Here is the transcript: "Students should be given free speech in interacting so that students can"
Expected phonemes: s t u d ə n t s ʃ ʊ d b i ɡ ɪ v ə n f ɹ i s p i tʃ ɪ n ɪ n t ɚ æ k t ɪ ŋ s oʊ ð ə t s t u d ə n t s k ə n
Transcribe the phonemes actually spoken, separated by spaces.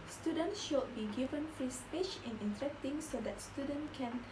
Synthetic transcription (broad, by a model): s t u d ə n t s ʃ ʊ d b i ɡ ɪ v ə n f i s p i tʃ ɪ n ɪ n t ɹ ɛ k t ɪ ŋ s oʊ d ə t s t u d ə n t k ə n